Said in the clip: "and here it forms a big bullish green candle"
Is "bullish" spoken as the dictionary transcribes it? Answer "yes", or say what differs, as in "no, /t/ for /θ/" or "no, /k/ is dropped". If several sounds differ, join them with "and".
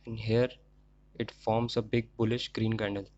yes